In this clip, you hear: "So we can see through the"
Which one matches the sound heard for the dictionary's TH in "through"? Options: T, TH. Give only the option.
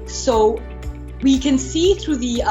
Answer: TH